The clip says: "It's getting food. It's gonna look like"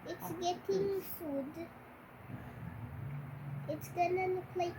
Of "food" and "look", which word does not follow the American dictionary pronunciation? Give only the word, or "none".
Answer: look